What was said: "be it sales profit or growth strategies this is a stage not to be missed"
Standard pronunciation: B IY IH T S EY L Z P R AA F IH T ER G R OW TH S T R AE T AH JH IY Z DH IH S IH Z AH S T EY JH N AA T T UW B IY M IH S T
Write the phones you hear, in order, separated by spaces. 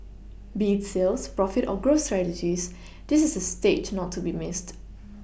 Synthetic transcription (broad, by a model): B IY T S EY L S P R AA F IH T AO G R OW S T R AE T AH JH IY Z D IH S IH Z AH S T EY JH N AA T T UW B IY M IH S T